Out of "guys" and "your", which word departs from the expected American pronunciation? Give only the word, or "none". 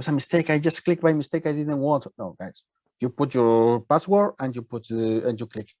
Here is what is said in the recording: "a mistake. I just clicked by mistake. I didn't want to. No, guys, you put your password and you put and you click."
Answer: guys